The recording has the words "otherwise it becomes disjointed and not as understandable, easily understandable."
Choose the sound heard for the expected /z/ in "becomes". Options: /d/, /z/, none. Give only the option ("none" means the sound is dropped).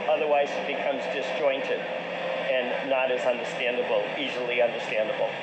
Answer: /z/